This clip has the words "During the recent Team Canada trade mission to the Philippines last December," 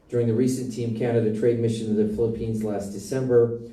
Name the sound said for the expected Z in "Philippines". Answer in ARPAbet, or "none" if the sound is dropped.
Z